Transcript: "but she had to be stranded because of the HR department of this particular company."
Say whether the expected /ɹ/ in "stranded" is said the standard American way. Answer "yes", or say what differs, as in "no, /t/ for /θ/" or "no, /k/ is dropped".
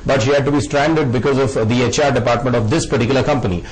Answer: yes